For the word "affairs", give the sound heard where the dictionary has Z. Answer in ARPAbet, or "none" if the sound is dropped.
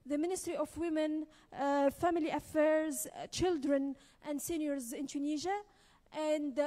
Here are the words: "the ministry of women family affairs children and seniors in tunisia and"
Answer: Z